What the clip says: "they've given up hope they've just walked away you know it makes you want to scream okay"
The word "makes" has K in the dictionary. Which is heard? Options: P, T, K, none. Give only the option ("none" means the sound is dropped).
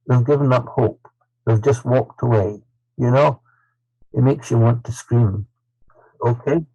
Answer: K